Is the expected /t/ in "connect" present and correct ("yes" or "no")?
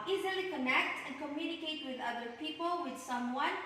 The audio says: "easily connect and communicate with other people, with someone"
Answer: yes